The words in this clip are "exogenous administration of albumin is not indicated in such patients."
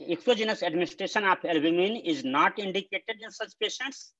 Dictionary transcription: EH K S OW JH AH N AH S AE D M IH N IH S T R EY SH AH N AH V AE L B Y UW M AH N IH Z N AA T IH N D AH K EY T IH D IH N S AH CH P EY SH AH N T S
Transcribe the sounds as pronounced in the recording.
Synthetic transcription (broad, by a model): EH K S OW JH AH N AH S AE D M IH N IH S T R EY SH AH N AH P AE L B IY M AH N IH Z N AA T IH N D AH K EY T IH D IH N S AH CH P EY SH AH N T S